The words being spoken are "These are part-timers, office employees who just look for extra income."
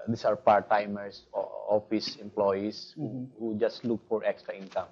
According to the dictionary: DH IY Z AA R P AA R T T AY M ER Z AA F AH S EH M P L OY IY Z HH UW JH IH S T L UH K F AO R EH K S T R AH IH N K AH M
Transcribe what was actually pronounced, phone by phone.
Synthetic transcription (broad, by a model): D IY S AA R P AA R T T AY M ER S AA F AH S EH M P L OY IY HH HH UW JH IH S T L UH K F AO R EH K S T R AH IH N K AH M